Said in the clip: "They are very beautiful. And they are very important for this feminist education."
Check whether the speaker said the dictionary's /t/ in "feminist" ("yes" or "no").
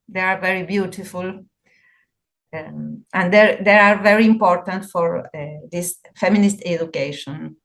yes